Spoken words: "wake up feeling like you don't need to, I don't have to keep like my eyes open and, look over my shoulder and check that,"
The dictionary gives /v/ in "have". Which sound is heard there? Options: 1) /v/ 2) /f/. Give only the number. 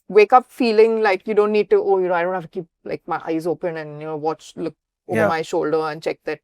2